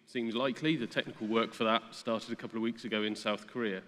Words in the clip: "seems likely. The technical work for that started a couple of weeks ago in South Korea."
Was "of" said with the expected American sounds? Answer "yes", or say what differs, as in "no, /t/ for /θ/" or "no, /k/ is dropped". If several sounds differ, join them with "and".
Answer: yes